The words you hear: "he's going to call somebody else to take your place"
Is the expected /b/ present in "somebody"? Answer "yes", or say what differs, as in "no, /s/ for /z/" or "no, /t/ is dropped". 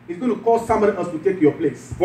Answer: no, /b/ is dropped